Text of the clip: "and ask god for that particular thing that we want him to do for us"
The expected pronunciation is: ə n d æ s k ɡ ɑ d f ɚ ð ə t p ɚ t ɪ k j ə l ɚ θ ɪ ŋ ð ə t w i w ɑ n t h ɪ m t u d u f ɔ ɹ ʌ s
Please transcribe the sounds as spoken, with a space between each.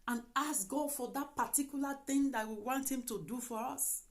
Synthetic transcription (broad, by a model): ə n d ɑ s ɡ ɑ d f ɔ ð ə t p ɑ t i k j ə l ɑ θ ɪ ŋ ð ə t w i w ɑ n t h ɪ m t u d u f ɔ ɹ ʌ s